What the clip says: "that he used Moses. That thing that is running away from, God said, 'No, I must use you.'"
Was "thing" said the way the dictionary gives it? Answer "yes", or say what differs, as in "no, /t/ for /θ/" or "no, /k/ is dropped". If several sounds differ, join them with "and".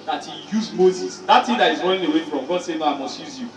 no, /t/ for /θ/